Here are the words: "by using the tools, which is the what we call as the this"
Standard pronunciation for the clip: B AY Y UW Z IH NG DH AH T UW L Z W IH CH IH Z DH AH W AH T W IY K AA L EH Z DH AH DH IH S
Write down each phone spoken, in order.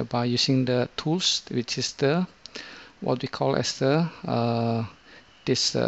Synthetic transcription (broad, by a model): B AY Y UW S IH NG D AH T UW L S W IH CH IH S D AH W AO T W IY K AA L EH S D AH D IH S